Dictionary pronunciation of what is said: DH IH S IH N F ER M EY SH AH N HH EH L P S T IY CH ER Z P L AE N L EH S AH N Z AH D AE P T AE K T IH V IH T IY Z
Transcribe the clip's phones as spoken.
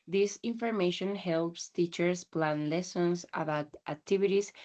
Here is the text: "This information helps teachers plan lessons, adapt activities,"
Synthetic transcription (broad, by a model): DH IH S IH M F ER M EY SH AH N HH EH L P S T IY CH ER S P L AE N L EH S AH N S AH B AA T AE K T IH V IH T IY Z